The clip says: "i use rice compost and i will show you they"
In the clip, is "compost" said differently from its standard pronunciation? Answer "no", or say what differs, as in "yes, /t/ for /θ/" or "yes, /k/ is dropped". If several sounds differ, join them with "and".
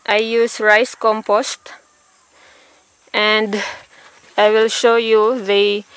no